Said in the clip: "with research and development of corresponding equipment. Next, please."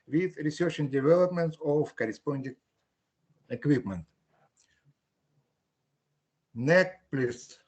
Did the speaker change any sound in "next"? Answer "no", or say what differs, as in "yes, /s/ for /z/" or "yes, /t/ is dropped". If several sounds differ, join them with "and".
yes, /s/ is dropped